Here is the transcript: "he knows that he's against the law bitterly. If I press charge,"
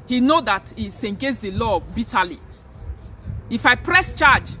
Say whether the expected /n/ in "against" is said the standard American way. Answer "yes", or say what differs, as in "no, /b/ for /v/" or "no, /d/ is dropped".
no, /n/ is dropped